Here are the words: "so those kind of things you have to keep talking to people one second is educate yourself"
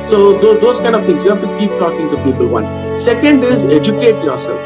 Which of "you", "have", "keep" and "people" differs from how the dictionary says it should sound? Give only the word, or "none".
have